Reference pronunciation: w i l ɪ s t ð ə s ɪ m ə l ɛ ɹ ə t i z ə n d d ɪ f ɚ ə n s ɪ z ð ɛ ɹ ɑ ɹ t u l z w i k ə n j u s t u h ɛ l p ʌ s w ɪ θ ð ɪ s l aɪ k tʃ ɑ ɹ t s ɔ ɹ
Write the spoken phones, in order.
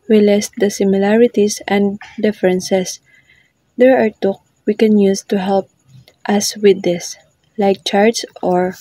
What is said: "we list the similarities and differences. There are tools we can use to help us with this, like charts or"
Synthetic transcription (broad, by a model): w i l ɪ s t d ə s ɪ m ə l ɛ ɹ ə t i s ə n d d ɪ f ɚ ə n s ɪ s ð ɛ ɹ ɑ ɹ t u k w i k ə n j u s t u h ɛ l p ʌ s w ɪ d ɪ s l aɪ k tʃ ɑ ɹ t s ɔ ɹ